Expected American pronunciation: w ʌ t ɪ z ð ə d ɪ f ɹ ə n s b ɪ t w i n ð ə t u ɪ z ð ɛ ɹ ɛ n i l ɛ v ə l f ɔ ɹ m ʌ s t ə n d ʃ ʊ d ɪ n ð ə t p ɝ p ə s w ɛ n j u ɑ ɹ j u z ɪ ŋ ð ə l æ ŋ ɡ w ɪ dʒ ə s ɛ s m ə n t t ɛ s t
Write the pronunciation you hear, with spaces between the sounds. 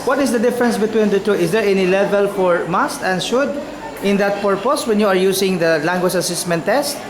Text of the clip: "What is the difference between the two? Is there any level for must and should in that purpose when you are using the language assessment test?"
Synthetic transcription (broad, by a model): w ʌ t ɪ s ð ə d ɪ f ɹ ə n s b ɪ t w i n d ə t u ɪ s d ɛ ɹ ɛ n i l ɛ v ə l f ɔ ɹ m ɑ s t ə n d ʃ ʊ d ɪ n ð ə t p ɝ p ə s w ɛ n j u ɑ ɹ j u s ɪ ŋ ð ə l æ ŋ ɡ w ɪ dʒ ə s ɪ s m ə n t t ɛ s t